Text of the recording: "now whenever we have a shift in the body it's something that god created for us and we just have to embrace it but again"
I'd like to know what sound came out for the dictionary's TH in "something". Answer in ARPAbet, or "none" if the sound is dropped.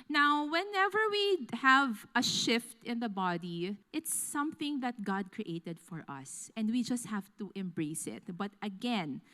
TH